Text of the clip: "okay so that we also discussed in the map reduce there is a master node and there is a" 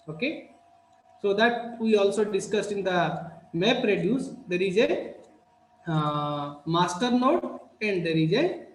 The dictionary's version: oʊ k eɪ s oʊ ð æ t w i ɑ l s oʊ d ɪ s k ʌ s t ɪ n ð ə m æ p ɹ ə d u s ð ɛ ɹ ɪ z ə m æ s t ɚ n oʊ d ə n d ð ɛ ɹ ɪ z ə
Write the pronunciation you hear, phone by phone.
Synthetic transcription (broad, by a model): oʊ k eɪ s oʊ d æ t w i ɑ l s oʊ d ɪ s k ʌ s t ɪ n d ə m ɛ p ɹ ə d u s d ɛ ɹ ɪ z ə m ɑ s t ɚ n oʊ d ə n d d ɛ ɹ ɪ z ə